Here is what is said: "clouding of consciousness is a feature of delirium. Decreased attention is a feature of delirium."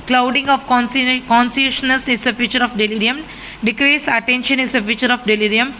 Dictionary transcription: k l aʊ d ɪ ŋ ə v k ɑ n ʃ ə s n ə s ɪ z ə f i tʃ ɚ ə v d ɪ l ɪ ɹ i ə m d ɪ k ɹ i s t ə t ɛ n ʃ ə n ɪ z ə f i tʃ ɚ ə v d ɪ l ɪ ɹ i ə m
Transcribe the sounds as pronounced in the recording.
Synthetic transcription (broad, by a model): k l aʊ d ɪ ŋ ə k k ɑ n s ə ʃ n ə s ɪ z ə f i tʃ ɚ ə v d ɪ l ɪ ɹ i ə m d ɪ k ɹ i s ə t ɛ n ʃ ə n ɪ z ə f i tʃ ɚ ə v d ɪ l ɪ ɹ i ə m